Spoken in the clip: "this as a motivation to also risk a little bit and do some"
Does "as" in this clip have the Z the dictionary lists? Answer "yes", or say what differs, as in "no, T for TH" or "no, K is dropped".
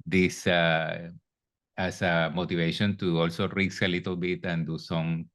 no, S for Z